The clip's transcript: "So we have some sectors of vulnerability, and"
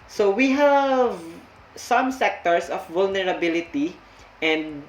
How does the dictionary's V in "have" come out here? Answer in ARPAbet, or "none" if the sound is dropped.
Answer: V